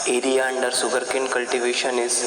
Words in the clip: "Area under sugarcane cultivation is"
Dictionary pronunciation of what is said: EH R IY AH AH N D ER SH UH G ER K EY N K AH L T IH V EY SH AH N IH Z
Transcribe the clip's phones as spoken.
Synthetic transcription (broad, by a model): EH R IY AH AH N D ER S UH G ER K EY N K AH L T IH V EY SH AH N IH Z